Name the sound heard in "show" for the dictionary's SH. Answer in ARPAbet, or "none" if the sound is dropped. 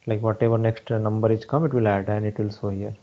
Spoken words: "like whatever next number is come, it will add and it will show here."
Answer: S